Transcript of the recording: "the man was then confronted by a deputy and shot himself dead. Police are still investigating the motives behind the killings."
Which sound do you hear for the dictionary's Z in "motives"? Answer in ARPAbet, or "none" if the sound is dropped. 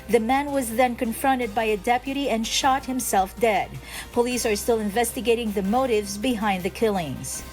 Z